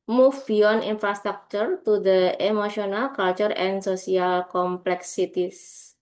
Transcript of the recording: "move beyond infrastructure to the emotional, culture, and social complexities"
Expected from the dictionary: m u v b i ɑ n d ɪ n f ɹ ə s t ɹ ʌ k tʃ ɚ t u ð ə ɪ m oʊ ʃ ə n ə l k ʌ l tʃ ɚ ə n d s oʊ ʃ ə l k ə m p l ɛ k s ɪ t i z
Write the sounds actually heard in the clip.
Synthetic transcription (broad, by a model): m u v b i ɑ n i n f ɹ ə s t ɹ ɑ k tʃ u t u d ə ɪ m oʊ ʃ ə n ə l k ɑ l tʃ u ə n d s oʊ s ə l k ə m p l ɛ k s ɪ t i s